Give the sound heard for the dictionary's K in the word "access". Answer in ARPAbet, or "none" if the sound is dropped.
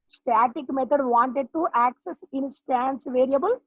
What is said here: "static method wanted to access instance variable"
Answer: K